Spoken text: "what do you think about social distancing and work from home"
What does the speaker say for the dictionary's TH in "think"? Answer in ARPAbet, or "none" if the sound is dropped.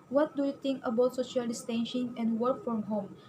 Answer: T